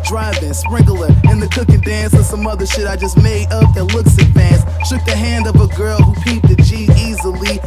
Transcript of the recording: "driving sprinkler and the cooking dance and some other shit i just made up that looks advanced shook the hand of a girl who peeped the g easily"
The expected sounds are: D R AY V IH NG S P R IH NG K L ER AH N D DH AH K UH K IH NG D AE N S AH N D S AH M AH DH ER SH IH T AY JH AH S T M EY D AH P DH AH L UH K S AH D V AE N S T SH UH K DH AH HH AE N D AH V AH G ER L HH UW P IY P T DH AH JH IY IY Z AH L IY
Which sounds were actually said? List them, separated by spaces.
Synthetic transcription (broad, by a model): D R AY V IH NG S P R IH NG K L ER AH N DH AH K UH K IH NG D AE N S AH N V S AH M AH DH ER SH IH T AY JH AH S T M EY D AH P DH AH L UH K S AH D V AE N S SH UH K DH AH HH AE N D AH V AH G ER L HH UW P IY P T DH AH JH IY IY Z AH L IY